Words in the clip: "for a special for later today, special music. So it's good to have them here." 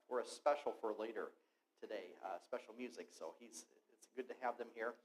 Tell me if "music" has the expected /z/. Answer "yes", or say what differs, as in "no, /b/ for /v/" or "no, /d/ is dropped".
yes